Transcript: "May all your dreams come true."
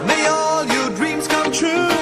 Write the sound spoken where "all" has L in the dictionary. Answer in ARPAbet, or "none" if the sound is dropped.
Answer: L